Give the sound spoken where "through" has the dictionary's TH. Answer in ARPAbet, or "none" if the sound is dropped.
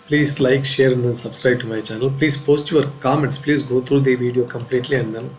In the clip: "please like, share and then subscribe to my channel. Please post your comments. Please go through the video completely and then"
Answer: T